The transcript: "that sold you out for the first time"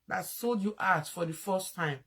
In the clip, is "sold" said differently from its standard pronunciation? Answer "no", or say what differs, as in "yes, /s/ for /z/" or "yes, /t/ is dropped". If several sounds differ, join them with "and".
no